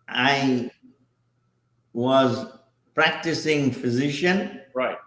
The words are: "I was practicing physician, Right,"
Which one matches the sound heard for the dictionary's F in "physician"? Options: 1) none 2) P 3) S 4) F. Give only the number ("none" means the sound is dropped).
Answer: 4